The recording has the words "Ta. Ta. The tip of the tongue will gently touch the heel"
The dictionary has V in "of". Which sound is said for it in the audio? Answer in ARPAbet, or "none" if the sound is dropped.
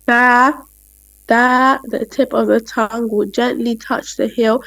V